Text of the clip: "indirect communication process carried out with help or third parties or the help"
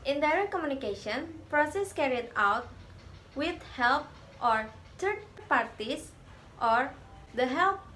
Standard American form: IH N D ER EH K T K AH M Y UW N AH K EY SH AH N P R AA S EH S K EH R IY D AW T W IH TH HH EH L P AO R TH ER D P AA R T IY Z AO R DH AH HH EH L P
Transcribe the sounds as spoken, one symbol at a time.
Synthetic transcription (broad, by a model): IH N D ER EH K K AH M Y UW N AH K EY SH AH N P R AA S EH S K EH R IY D AW T W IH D HH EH L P AO R T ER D P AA R T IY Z AO R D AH HH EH L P